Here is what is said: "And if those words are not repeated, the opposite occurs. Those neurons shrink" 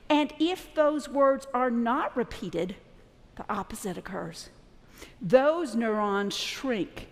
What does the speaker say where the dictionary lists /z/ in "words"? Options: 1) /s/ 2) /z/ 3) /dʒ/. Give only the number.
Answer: 2